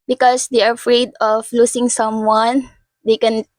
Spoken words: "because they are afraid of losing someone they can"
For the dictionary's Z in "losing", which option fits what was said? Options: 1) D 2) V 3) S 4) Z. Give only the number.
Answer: 3